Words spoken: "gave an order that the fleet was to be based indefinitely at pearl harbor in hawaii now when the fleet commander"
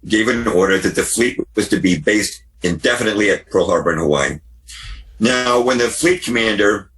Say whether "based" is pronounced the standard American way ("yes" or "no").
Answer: yes